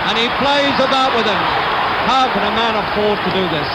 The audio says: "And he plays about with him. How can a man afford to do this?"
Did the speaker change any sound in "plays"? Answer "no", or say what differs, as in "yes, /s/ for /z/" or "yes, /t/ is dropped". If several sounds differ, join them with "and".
no